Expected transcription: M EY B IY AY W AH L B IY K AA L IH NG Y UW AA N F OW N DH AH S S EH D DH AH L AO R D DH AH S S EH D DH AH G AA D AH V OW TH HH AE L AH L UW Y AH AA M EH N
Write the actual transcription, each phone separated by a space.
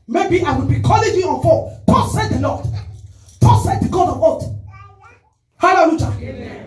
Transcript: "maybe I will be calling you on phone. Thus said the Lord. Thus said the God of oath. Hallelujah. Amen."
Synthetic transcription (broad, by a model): M EY B IY AY W AH L B IY K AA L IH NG Y UW AA N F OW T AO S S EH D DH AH L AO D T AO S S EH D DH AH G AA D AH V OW T HH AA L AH L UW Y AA